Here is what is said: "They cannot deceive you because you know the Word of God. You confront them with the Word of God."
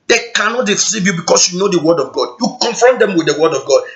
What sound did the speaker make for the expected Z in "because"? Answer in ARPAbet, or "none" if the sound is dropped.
S